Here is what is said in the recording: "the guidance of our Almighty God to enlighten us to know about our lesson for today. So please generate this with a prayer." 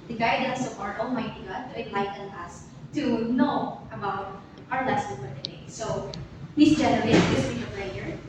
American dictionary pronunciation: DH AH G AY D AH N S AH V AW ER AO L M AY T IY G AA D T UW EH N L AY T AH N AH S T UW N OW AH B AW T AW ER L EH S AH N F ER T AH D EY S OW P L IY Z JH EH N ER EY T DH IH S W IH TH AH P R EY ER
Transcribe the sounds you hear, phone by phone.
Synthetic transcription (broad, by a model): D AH G AY D AH N S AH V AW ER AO M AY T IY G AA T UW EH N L AY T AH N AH S T UW N OW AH B AW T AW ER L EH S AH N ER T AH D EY S OW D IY S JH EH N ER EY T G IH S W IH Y AH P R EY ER